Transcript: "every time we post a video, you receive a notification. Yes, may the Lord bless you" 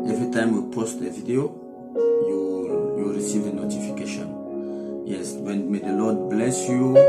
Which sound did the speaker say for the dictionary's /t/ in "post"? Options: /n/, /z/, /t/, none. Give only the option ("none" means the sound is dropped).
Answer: /t/